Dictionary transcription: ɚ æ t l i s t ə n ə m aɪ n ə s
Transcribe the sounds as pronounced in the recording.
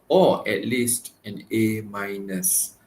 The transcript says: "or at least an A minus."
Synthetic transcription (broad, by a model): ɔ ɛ t l i s t ə n ə m aɪ n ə s